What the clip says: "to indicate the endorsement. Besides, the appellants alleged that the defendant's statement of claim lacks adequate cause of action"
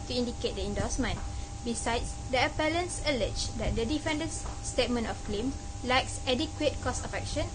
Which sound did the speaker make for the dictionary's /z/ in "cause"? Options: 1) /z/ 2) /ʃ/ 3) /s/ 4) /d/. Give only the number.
3